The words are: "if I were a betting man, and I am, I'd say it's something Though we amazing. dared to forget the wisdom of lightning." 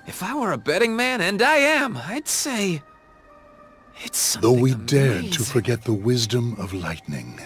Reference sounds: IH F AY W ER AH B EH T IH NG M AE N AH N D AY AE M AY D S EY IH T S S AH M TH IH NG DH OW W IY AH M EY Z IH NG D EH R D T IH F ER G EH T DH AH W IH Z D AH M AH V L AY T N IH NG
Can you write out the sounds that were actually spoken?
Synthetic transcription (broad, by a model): IH F AY W ER AH B EH T IH NG M AE N AH N D AY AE M AY D S EY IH T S S DH OW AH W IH D EH R D T IH F ER G EH T DH AH W IH Z D AH M AH V L AY T N IH NG